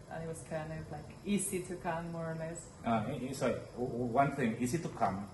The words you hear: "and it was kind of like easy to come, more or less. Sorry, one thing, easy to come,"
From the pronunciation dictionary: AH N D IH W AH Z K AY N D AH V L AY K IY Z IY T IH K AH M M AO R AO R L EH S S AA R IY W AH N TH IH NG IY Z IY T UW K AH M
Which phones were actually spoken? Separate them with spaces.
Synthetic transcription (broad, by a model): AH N IH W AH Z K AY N AH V L AY K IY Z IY T IH K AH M M AO R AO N L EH S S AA IY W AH N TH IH NG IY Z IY T UW K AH M